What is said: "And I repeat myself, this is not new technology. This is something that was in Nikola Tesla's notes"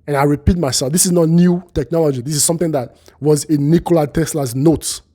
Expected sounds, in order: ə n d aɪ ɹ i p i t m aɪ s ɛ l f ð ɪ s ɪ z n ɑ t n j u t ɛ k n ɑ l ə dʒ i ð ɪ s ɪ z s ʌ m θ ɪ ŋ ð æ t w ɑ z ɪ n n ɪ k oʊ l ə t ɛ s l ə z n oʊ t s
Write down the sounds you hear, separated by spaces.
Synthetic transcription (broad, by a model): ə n aɪ ɹ i p i t m aɪ s ɛ l f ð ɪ s ɪ z n ɑ t n j u t ɛ k n ɑ l ə dʒ i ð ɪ s ɪ z s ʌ m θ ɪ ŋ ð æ t w ɑ z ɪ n n ɪ k oʊ l ə t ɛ s l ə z n oʊ t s